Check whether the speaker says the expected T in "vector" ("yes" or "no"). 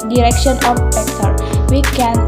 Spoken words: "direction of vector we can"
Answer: no